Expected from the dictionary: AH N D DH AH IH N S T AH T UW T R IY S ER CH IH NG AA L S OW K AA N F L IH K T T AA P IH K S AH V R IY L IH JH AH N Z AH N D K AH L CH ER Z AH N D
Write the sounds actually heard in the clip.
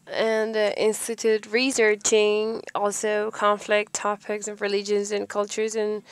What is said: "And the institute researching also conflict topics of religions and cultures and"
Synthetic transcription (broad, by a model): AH N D IH N S T AH T UW T R IY S ER CH IH NG AA L S OW K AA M F L IH K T T AA P IH K S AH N R IY L IH JH AH N Z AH N K AH L CH ER Z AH N